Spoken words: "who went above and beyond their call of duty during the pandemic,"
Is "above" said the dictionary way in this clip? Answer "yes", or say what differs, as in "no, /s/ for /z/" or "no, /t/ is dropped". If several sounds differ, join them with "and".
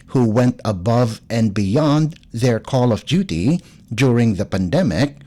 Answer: yes